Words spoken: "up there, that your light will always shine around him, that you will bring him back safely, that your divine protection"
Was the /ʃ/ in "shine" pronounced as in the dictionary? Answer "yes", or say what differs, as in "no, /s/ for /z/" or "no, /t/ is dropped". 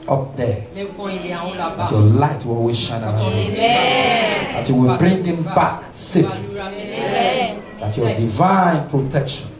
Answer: yes